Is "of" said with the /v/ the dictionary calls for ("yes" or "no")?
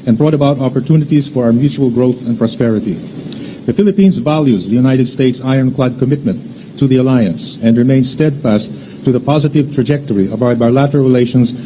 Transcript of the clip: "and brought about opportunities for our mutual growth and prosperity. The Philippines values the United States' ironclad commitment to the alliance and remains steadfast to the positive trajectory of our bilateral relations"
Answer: no